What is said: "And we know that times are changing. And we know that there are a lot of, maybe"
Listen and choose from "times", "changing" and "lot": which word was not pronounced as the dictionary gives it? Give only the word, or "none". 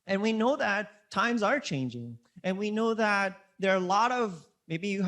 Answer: none